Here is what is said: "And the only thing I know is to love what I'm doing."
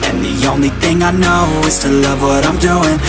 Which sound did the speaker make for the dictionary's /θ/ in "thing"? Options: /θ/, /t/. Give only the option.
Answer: /θ/